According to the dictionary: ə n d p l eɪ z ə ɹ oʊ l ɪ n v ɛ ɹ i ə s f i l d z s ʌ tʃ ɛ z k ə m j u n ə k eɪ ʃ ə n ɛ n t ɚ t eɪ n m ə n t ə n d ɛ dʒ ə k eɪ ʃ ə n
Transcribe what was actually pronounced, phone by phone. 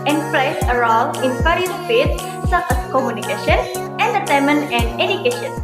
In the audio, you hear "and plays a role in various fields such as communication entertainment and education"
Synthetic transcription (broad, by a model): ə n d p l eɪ s ə ɹ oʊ l ɪ n f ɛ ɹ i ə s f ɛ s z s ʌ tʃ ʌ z k ə m j u n ə k eɪ ʃ ə n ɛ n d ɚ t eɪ m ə n ə n d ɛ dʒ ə k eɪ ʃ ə n